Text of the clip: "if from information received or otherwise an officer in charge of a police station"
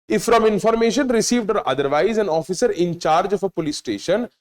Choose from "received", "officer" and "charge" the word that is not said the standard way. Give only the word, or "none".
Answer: none